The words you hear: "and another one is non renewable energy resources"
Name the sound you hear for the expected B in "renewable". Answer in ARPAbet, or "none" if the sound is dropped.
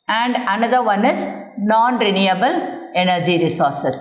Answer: B